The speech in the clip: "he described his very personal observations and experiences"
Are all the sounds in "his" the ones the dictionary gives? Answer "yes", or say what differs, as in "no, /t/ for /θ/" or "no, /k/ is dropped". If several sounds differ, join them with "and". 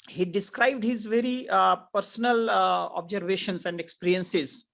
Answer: yes